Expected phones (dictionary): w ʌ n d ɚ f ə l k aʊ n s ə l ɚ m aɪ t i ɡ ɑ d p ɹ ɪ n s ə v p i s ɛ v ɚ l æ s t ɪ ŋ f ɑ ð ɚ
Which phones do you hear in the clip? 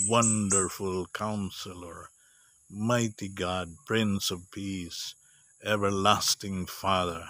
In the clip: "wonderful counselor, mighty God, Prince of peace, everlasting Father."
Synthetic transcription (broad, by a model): w ʌ n d ɚ f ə l k aʊ n s ə l ɚ m aɪ t i ɡ ɑ d p ɹ ɪ n s ə v p i s ɛ v ɚ l æ s t ɪ ŋ f ɑ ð ɚ